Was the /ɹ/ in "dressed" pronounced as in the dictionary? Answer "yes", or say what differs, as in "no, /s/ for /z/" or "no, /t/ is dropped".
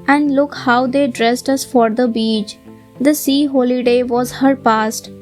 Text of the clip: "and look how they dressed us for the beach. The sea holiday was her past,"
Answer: yes